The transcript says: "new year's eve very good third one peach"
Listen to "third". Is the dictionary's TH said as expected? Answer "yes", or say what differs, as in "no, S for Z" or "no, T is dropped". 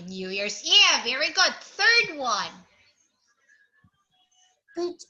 yes